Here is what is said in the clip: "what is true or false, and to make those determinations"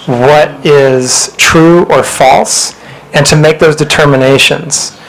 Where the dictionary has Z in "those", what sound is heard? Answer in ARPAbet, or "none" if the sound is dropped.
Z